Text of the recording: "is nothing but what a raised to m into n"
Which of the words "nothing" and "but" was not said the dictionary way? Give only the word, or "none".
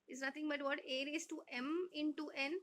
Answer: nothing